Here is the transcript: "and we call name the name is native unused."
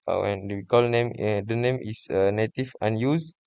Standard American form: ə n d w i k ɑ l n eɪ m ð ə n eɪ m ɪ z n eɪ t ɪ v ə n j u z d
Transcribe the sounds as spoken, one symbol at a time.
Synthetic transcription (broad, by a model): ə n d w i k ɑ l n eɪ m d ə n eɪ m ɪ s n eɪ t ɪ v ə n j u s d